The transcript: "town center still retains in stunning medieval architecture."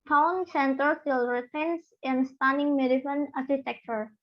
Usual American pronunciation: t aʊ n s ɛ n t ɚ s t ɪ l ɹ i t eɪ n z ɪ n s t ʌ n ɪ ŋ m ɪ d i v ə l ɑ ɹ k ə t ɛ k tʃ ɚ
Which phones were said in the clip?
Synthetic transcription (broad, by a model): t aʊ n s ɛ n t ɚ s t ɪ l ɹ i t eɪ n s ɪ n s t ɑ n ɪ ŋ m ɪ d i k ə n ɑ ɹ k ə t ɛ k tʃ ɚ